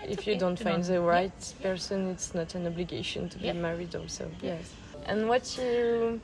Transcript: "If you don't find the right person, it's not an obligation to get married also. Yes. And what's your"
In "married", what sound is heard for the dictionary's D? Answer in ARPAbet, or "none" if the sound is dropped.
D